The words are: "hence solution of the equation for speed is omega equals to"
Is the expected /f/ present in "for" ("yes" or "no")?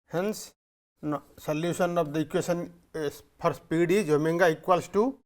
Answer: no